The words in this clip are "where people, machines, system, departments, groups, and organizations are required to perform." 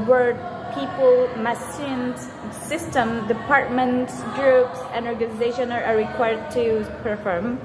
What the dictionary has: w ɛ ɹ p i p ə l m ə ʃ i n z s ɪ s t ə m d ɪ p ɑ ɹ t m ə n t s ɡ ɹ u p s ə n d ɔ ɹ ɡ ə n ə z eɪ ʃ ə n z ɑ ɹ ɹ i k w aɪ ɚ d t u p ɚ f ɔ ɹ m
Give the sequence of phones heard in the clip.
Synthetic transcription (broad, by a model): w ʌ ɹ p i p ə l m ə s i n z s ɪ s t ə m d ɪ p ɑ ɹ t m ə n t s ɡ ɹ u p s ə n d ɔ ɹ ɡ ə n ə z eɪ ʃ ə n ɑ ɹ ɹ i k w aɪ ɚ d t u p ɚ f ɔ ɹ m